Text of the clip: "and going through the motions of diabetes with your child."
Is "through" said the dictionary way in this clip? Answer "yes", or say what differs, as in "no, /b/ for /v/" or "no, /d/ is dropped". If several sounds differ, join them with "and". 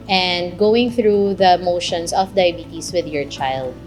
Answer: yes